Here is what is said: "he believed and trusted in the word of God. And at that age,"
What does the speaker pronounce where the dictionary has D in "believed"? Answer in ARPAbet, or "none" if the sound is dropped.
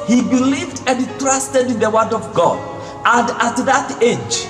D